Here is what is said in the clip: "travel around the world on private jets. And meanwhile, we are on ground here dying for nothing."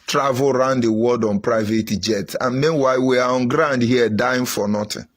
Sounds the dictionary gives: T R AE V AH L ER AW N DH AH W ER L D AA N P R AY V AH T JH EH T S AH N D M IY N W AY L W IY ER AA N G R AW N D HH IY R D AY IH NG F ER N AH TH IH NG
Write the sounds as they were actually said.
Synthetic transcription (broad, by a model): T R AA V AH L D AW N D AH W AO D AA N P R AY V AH T JH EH T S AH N M IY N W AY L W IY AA AA N G R AW N D HH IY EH D AY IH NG F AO N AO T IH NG